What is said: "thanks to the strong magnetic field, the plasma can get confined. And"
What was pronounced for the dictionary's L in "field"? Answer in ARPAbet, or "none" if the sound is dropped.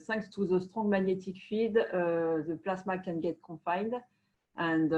none